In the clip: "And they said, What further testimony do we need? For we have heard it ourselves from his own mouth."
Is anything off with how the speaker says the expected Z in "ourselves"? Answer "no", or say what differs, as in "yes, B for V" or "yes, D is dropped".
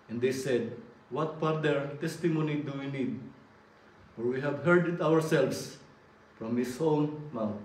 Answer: yes, S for Z